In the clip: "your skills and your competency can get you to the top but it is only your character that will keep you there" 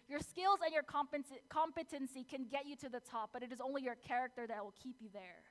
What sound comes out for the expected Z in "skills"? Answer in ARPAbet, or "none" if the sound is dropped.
Z